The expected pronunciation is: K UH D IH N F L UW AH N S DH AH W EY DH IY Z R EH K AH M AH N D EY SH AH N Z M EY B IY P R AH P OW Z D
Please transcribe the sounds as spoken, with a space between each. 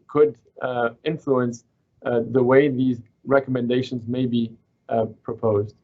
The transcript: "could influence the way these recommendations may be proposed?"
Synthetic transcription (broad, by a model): K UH D IH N F L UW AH N S DH AH W EY DH IY Z R EH K AH M AH N D EY SH AH N Z M EY B IY P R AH P OW Z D